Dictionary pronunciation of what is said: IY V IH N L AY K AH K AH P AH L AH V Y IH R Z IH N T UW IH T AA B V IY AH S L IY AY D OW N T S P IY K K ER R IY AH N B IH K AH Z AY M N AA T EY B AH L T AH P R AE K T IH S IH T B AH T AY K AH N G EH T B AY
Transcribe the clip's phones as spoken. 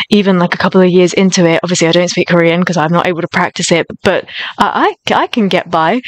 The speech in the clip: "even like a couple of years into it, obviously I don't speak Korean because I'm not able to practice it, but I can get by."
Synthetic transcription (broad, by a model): IY V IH N L AY K AH K AH P L AH V Y IH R Z IH N T UW IH T AA B V IY AH S L IY AY D OW N T S P IY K K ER R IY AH N K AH Z AY M N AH T EY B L T AH P R AE K T IH S IH T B AH T AY K AH N G EH T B AY